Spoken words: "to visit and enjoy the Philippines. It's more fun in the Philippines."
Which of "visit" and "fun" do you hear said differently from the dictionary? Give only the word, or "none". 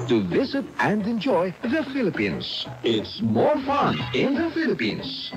none